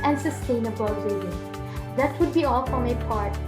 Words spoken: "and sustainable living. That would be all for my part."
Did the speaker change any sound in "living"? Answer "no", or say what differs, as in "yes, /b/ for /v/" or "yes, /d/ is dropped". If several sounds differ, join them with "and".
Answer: yes, /v/ is dropped